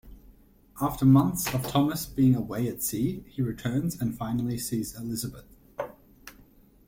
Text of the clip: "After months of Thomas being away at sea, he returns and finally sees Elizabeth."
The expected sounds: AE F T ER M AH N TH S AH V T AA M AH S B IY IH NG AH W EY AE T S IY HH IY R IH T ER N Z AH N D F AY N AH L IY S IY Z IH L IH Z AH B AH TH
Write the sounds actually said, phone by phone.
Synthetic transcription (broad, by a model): AE F T ER M AH N TH S AH V T AA M AH S B IY IH NG AH W EY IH T S IY HH IY R IH T ER N Z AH N F AY N L IY S IY Z IH L IH Z AH B AH TH